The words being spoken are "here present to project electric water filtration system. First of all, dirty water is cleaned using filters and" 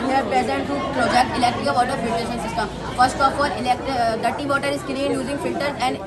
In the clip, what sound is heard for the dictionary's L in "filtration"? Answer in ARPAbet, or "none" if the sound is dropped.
none